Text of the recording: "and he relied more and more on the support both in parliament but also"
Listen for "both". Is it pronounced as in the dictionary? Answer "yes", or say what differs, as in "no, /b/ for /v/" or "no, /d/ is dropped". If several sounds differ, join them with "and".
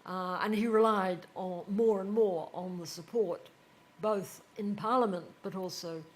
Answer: yes